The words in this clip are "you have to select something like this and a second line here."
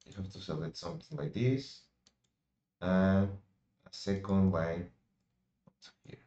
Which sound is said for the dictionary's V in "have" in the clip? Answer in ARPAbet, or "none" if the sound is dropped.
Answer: F